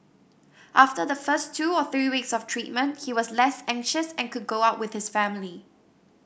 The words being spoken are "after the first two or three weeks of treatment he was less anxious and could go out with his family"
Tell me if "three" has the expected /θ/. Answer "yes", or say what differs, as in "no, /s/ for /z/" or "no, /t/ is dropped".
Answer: yes